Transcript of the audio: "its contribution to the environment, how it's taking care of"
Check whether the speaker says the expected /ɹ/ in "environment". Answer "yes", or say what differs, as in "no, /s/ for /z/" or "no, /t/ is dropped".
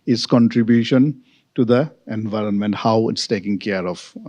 yes